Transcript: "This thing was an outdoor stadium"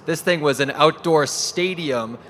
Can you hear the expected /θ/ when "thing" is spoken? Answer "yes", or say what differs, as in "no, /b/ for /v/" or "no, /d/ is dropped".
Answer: yes